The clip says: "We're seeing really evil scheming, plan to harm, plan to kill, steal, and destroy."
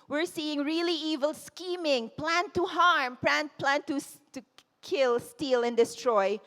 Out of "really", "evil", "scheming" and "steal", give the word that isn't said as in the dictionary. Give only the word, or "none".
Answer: none